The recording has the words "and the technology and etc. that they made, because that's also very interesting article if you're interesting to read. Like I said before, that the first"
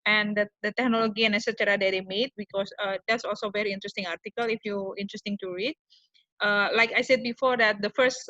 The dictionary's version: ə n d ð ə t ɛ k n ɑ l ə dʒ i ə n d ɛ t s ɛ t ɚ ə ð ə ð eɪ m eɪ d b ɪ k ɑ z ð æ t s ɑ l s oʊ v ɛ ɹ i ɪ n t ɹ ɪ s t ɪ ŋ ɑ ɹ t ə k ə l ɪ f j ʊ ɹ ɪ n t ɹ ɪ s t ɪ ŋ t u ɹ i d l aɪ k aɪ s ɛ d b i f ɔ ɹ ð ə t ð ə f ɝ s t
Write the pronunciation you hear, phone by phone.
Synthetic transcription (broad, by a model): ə n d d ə t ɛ k n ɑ l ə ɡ i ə n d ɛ s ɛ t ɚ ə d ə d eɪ m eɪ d b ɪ k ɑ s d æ t s ɑ l s oʊ v ɛ ɹ i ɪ n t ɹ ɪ s t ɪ ŋ ɑ ɹ t ə k ə l ɪ f j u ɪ n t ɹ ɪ s t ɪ ŋ t u ɹ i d l aɪ k aɪ s ɛ d b i f ɔ ɹ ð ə t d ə f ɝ s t